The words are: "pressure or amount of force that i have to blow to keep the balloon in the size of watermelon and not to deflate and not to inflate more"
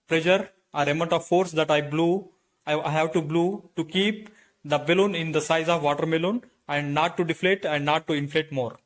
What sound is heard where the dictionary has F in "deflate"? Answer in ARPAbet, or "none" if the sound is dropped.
F